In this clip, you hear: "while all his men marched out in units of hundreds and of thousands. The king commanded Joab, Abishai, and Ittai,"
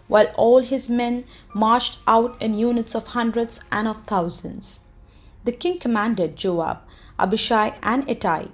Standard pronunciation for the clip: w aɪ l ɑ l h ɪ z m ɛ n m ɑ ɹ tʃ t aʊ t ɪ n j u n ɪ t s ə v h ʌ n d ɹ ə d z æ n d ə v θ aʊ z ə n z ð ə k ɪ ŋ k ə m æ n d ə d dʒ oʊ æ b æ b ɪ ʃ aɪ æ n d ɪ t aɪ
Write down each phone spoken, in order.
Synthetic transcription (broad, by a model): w aɪ l ɑ l h ɪ z m ɛ n m ɑ ɹ tʃ t aʊ t ɪ n j u n ɪ t s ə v h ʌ n d ɹ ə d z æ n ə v t aʊ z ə n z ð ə k ɪ ŋ k ə m æ n d ə d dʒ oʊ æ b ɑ b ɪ ʃ aɪ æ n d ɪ t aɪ